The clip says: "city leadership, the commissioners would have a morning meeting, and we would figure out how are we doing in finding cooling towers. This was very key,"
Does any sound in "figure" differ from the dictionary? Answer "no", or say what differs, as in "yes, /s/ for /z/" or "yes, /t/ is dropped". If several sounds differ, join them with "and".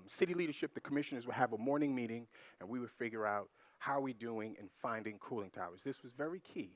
no